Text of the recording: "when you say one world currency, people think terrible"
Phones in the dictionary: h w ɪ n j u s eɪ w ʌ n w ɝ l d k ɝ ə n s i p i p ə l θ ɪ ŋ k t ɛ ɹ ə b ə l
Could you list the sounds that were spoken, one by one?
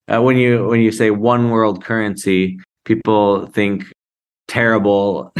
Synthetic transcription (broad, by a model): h w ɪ n j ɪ s eɪ w ʌ n w ɝ l d k ɝ ə n s i p i p l θ ɪ ŋ k t ɛ ɹ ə b l